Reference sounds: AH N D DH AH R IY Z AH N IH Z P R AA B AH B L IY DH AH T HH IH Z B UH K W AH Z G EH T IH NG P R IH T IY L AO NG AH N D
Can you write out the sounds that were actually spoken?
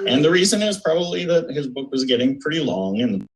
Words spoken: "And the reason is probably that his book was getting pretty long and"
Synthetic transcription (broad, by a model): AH N DH AH R IY Z AH N IH Z P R AA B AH B L IY DH AH T HH IH Z B UH K W AH Z G EH T IH NG P R IH T IY L AO NG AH N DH